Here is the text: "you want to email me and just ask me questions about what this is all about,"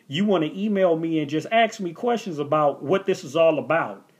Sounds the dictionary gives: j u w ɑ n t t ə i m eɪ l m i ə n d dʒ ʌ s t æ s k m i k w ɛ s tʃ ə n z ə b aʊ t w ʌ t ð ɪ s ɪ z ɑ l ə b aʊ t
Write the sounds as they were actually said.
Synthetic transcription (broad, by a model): j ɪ w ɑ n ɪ t i m eɪ l m i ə n dʒ ʌ s t æ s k m i k w ɛ s tʃ ə n z ə b aʊ t w ʌ t ð ɪ s ɪ z ɑ l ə b aʊ t